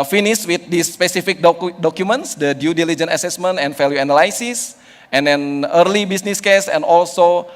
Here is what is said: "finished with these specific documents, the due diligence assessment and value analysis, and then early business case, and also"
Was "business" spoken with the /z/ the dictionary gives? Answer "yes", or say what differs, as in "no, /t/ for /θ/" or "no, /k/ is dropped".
no, /s/ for /z/